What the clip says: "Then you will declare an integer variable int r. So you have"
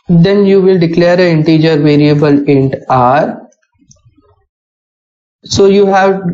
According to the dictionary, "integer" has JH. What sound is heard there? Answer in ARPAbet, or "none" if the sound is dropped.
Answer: JH